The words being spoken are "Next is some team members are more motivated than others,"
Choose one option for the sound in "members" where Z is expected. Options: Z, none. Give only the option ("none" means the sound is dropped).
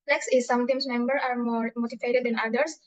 none